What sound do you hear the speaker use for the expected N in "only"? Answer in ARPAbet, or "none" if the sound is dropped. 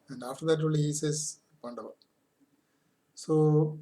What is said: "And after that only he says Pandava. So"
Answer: none